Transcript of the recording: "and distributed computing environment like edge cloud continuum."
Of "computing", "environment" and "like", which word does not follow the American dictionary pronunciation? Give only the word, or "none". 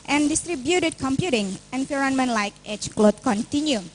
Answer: environment